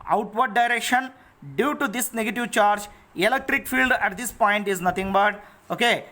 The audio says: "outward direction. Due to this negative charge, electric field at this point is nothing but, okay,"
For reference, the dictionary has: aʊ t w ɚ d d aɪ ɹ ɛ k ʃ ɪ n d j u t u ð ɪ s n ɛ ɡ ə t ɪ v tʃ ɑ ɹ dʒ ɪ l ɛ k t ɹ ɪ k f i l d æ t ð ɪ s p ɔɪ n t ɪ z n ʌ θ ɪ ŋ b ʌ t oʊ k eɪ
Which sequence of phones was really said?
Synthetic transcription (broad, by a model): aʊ t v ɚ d d aɪ ɹ ɛ k ʃ ɪ n d j u t u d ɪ s n ɛ ɡ ə t ɪ v tʃ ɑ ɹ dʒ ɪ l ɛ k t ɹ ɪ k f i l d æ t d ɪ s p ɔɪ n t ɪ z n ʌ t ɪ ŋ b ʌ t oʊ k eɪ